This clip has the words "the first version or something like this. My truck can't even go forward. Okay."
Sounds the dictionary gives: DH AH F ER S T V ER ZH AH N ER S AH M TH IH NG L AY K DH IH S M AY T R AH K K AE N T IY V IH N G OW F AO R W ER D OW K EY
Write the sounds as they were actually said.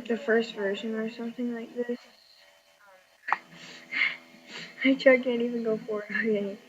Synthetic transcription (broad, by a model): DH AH F ER S T V ER ZH AH N ER S AH M TH IH NG L AY K DH IH S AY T AH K K AE N T IY V IH N G OW F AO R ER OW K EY